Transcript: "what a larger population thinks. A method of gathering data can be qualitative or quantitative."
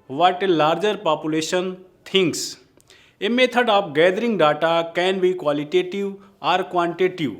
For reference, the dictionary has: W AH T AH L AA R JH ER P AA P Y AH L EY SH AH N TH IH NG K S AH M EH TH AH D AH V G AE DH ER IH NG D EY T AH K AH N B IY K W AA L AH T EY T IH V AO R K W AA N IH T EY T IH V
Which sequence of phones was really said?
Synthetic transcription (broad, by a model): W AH T L AA R JH ER P AA P Y AH L EY SH AH N T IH NG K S AH M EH T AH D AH P G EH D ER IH NG D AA T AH K AH N B IY K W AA L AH T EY T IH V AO R K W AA N T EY T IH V